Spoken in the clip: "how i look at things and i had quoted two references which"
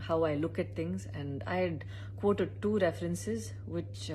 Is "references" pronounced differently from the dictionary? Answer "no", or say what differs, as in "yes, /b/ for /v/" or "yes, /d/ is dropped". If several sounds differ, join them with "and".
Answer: no